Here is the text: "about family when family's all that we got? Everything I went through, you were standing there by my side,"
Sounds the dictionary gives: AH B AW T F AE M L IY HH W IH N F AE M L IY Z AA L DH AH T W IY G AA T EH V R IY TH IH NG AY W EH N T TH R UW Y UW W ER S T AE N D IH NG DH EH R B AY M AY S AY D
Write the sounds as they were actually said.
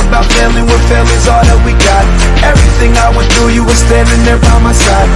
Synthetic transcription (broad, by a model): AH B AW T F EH L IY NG W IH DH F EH L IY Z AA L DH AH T W IY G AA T EH V R IY TH IH NG AY W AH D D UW Y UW W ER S T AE N D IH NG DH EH R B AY M AY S AY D